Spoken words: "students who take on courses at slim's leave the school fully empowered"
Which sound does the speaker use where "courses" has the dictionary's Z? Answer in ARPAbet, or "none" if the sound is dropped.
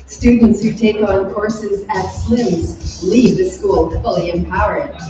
Z